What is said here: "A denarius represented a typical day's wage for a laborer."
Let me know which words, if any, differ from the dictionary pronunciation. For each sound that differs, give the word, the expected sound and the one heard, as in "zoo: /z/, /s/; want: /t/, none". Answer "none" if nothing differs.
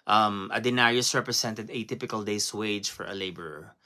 represented: /z/, /s/; day's: /z/, /s/